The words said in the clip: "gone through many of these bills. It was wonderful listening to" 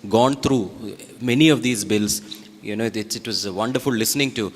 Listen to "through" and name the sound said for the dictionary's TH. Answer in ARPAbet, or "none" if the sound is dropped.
T